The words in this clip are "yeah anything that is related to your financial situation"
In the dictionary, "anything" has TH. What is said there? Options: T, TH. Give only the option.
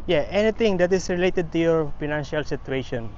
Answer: T